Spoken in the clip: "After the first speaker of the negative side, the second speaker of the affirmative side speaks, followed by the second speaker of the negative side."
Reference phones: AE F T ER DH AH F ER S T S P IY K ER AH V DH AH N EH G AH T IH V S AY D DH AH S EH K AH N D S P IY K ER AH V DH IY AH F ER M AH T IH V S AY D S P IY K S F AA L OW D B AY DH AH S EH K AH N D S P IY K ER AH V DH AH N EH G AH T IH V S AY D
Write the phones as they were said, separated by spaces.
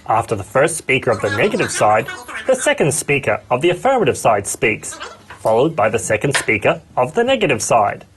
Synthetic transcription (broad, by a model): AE F T ER DH AH F ER S T S P IY K ER AH V DH AH N EH G AH T IH V S AY D DH AH S EH K AH N D S P IY K ER AH V DH IY AH F ER M AH T IH V S AY D S P IY K S F AA L OW D B AY DH AH S EH K AH N D S P IY K ER AH V DH AH N EH G AH T IH V S AY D